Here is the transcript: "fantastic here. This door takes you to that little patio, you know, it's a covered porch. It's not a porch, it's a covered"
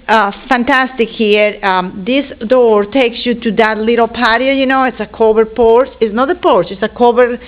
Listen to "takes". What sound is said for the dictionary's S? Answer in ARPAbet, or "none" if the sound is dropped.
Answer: S